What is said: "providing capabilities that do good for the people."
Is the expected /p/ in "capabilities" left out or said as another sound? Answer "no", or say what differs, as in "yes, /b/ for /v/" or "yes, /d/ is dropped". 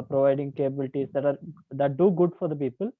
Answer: yes, /b/ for /p/